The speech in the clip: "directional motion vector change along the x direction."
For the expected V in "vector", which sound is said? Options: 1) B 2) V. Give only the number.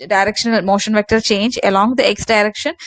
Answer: 2